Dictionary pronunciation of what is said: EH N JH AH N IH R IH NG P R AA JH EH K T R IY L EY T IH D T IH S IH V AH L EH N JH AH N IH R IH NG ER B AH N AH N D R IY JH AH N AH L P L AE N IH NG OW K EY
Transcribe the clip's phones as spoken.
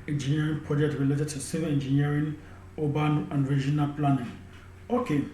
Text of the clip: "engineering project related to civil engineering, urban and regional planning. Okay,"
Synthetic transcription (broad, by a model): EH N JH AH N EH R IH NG P R AA JH EH K T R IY L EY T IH T IH S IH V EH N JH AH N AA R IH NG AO B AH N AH N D R IY JH AH N AH L P L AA N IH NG OW K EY